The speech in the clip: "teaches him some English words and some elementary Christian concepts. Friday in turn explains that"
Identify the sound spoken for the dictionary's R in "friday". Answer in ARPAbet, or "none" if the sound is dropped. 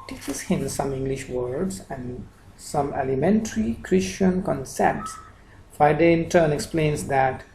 none